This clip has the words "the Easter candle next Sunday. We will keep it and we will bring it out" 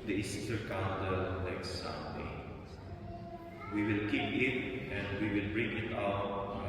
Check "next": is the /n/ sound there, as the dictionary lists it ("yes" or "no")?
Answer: no